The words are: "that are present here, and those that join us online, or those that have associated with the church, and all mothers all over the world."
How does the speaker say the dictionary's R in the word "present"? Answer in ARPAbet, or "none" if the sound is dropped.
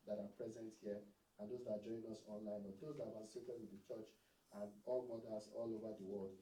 R